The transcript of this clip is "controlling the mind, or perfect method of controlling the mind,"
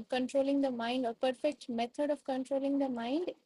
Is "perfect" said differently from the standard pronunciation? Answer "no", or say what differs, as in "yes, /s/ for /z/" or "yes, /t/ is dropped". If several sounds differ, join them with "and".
no